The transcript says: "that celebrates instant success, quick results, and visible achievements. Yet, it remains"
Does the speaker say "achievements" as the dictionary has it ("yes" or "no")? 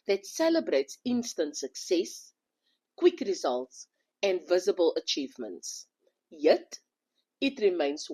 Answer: yes